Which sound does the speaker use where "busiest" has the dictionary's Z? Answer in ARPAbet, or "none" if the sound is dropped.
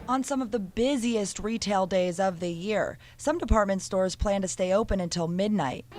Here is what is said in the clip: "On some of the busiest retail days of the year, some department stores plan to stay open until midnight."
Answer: Z